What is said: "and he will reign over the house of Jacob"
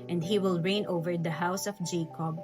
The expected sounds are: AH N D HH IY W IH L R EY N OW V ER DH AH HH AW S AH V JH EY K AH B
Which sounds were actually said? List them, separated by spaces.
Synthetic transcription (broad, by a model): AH N D HH IY W IH L R EY N OW V ER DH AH HH AW S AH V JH EY K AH B